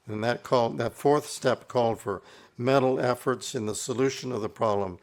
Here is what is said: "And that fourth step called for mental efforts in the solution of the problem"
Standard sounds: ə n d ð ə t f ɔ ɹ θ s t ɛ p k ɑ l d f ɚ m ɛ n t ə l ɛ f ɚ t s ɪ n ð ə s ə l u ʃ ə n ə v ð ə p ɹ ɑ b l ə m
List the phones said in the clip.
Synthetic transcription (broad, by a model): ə n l ð ə t f ɔ ɹ θ s t ɛ p k ɑ l d f ɚ m ɛ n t l ɛ f ɚ t s ɪ n ð ə s ə l u ʃ ə n ə v ð ə p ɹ ɑ b l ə m